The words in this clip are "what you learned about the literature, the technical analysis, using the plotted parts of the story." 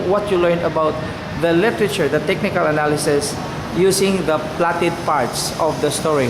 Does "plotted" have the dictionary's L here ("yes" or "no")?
yes